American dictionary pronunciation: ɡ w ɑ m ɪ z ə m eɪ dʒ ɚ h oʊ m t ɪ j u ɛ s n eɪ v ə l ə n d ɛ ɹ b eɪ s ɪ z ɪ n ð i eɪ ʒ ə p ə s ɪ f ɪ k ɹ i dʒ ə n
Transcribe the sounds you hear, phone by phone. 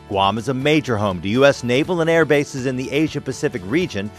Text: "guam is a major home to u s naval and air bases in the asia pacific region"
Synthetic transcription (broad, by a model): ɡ w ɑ m ɪ z ə m eɪ dʒ ɚ h oʊ m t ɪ j u ɛ s n eɪ v l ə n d ɛ ɹ b eɪ s ɪ z ɪ n ð i eɪ ʒ ə p ə s ɪ f ɪ k ɹ i dʒ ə n